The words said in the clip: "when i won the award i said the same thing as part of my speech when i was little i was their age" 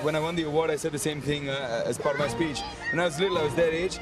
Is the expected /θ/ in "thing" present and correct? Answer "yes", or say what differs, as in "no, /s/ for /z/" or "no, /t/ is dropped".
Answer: yes